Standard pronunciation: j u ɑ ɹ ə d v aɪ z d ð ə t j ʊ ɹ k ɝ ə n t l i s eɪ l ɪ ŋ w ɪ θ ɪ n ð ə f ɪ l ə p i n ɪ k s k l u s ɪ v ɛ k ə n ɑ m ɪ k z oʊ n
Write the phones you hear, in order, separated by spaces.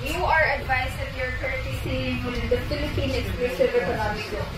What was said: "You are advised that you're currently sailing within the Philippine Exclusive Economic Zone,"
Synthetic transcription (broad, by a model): j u ɑ ɹ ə d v aɪ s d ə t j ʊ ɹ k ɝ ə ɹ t i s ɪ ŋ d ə f ɪ l ə p i n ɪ k s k l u s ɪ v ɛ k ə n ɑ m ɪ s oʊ